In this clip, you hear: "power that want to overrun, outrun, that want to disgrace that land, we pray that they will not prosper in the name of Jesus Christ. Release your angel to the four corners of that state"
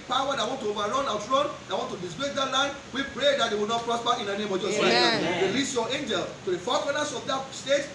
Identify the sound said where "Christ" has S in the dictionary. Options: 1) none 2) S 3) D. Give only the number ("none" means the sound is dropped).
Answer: 1